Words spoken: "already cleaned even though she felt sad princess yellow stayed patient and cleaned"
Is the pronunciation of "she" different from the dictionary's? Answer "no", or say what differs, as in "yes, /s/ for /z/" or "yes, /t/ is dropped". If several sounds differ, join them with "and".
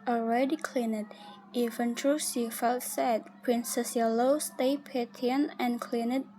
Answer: yes, /s/ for /ʃ/